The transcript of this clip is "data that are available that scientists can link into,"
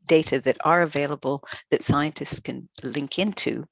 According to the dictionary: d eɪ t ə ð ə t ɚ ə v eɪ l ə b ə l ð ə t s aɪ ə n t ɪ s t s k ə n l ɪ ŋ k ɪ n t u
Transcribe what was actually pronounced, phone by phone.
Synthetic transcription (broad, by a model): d eɪ t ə ð ə t ɚ ə v eɪ l ə b ə l ð ə t s aɪ ə n t ɪ s t s k ə n l ɪ ŋ k ɪ n t u